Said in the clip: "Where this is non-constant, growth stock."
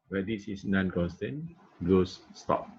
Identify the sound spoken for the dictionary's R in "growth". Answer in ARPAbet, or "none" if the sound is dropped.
L